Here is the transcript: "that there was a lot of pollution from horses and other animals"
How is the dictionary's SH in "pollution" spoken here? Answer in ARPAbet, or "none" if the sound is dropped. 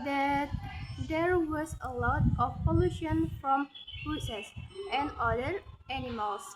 SH